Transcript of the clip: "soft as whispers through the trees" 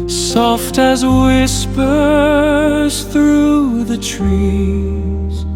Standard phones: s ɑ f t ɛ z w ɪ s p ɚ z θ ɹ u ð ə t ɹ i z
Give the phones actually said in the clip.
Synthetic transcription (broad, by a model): s ɑ f t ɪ z w ɪ s p ɚ z θ ɹ u ð ə t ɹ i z